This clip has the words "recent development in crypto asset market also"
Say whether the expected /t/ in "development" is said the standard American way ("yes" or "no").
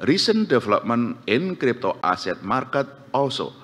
no